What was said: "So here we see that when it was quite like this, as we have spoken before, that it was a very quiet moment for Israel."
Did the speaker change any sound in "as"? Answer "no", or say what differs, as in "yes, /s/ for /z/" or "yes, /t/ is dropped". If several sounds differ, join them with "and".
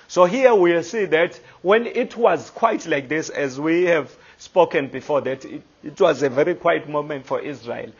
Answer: no